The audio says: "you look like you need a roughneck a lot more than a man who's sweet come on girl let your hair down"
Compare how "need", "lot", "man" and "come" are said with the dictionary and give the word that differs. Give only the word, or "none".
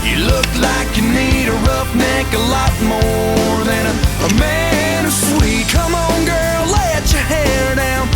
none